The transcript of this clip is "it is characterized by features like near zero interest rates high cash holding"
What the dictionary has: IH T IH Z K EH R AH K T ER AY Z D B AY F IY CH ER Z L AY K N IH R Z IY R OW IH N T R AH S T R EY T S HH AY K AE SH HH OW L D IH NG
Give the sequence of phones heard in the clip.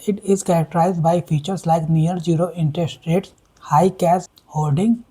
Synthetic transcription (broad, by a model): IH T IH Z K EH R AH K T ER AY Z D B AY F IY CH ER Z L AY K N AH R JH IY R OW IH N T R AH S T R EY T S HH AY K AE S HH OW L D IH NG